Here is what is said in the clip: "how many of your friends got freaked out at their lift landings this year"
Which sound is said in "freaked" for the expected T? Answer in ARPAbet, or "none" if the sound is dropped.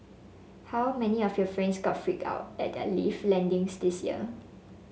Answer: none